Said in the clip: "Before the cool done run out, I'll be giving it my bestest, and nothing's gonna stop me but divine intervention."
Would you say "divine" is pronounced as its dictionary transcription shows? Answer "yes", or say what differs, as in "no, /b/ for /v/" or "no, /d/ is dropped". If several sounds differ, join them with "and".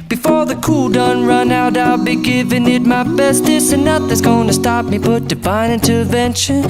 no, /b/ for /v/